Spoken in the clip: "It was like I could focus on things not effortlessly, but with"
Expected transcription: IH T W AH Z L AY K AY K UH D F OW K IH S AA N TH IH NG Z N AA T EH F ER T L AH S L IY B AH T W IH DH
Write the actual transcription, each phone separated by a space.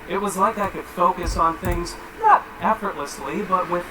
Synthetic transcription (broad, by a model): IH T W AH Z L AY K AY K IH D F OW K IH S N TH IH NG Z N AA T EH F ER T L AH S L IY B AH T W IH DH